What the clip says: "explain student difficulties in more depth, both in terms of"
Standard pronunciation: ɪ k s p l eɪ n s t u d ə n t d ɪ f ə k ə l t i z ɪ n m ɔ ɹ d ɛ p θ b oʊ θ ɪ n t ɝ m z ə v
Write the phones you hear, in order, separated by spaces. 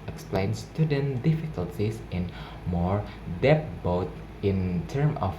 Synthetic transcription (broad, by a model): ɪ k s p l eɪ n s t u d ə n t d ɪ f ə k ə l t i s ɪ n m ɔ ɹ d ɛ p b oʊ t ɪ n t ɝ m ə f